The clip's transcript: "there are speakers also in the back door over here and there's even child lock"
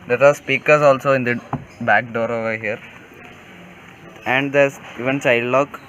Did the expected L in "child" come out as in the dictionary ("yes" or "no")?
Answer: no